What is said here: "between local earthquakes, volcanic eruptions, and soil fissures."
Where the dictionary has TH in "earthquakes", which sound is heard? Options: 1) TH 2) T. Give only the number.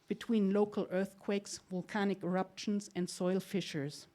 1